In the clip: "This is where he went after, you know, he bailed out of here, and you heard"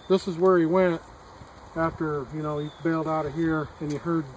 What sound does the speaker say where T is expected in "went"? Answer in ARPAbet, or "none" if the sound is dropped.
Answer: T